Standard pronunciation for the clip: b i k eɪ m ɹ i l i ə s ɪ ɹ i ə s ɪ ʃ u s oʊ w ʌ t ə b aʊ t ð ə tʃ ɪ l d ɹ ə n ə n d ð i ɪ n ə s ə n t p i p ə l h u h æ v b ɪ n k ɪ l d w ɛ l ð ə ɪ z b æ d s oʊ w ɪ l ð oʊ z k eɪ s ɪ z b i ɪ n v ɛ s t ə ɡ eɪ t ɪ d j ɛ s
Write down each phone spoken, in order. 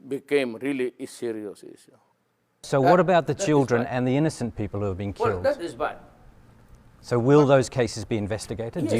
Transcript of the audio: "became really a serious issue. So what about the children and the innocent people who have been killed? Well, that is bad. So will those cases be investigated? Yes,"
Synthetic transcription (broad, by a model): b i k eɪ m ɹ i l i s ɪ ɹ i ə s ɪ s s oʊ w ʌ t ə b aʊ t ð ə tʃ ɪ l d ɹ ə n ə n ð i ɪ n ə s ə n p i p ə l h u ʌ v b ɪ n k ɪ l d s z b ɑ s oʊ w ɪ l ð oʊ z k eɪ s ɪ z b i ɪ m v ɛ s t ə ɡ eɪ t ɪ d